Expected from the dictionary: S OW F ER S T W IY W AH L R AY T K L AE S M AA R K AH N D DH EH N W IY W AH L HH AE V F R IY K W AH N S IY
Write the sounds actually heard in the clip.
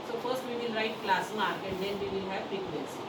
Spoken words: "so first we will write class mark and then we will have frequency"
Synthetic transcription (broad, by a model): S OW F ER S T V IY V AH L R AY T K L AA S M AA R AH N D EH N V IY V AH L HH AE V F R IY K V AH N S